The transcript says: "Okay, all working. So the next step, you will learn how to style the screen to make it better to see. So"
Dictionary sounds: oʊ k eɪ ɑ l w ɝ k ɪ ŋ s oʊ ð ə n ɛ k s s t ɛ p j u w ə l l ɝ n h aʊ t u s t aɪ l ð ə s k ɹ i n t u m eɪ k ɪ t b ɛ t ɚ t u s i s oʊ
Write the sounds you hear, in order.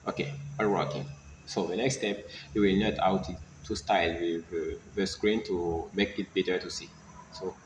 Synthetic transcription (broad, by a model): oʊ k eɪ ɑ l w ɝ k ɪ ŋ s oʊ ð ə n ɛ k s s t ɛ p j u w ə l n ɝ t aʊ t u s t aɪ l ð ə s k ɹ i n t u m eɪ k ɪ t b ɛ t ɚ t u s i s oʊ